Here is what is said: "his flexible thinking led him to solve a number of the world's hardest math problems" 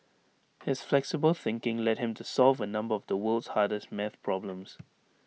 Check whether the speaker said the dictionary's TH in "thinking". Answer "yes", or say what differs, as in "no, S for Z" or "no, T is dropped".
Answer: yes